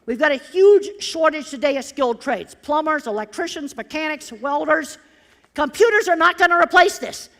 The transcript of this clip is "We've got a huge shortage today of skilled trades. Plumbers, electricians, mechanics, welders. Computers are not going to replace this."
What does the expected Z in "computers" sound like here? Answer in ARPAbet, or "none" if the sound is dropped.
Z